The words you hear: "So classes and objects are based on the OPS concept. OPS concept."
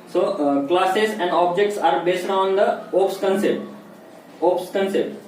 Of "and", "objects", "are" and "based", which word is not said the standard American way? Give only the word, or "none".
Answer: none